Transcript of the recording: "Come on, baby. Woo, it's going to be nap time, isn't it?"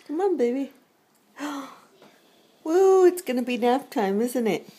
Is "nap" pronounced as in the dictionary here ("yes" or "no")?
no